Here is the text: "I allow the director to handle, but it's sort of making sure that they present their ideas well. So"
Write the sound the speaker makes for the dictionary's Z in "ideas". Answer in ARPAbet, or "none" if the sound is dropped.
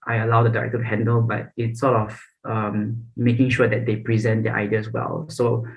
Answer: S